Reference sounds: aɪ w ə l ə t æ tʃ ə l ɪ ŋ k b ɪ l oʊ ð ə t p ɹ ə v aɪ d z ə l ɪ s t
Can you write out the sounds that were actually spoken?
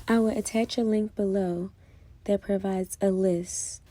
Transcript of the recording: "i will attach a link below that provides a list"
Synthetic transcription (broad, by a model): aɪ w ə l ə t æ tʃ ə l ɪ ŋ k b ɪ l oʊ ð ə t p ɹ ə v aɪ d z ə l ɪ s t